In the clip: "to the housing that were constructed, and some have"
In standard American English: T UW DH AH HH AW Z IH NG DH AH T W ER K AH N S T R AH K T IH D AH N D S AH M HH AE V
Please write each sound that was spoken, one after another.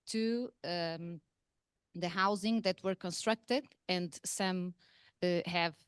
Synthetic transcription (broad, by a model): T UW DH AH HH AW Z IH NG DH AH T W ER K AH N S T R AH K T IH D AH N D S AH M HH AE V